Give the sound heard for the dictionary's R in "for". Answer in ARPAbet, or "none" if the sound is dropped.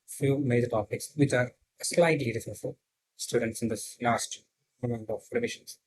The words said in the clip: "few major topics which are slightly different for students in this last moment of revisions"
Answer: L